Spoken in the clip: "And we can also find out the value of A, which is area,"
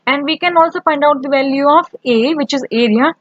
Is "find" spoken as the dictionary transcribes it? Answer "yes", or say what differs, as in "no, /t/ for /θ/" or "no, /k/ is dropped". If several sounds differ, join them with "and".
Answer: no, /p/ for /f/